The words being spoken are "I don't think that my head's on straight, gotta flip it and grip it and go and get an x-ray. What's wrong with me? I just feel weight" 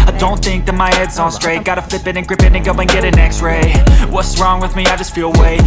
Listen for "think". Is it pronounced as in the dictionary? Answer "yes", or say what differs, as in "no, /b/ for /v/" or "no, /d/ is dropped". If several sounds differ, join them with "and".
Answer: yes